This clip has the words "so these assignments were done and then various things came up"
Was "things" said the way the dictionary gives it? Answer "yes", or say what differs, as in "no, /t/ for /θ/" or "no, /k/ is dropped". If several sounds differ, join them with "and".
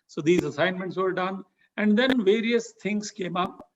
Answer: no, /t/ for /θ/